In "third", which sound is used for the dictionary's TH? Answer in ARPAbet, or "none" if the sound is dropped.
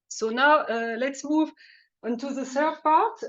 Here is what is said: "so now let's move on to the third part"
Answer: S